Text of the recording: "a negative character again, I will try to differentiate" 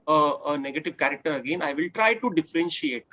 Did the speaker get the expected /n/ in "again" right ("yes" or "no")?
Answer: yes